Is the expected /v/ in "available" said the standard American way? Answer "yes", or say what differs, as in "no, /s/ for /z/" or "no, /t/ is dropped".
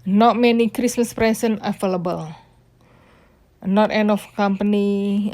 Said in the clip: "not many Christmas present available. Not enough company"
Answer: no, /f/ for /v/